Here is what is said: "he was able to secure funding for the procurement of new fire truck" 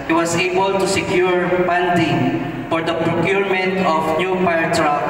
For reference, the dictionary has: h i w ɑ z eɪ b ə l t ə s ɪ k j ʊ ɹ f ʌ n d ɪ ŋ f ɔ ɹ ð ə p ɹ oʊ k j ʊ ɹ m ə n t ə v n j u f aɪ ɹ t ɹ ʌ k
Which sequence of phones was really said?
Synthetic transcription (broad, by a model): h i w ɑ s eɪ b ə l t ə s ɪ k j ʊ ɹ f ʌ n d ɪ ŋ f ɔ ɹ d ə p ɹ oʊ k j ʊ ɹ m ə n t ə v n j u p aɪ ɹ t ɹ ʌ